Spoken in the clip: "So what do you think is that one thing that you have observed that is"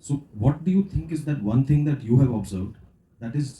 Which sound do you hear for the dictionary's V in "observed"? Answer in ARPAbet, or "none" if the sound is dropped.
V